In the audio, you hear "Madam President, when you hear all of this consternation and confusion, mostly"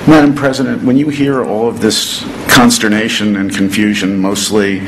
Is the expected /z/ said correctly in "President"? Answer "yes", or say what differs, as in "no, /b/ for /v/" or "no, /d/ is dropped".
yes